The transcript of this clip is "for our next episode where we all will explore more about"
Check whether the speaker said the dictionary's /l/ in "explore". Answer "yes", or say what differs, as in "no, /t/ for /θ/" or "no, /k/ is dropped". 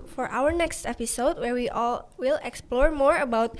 yes